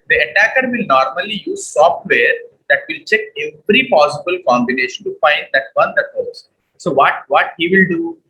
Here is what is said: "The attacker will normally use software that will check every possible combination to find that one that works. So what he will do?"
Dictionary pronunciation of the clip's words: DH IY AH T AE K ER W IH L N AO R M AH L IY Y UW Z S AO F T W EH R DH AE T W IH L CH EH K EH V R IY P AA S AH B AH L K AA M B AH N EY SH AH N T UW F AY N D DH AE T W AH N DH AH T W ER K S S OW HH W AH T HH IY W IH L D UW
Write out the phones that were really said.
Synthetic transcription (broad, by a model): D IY AH T AE K ER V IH L N AO R M AH L IY Y UW Z S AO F T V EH R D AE T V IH L CH EH K EH V R IY P AA S AH B AH L K AA M B AH N EY SH AH N T UW F AY N D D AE T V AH N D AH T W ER S S OW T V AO T HH IY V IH L D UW